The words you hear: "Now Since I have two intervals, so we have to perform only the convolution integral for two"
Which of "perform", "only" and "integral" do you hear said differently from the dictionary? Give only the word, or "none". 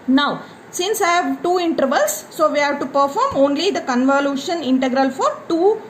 none